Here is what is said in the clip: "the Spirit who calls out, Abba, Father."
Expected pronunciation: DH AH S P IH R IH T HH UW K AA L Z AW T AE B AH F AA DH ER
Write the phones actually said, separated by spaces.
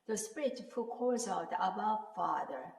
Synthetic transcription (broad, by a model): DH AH S P IH R IH T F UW K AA Z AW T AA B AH F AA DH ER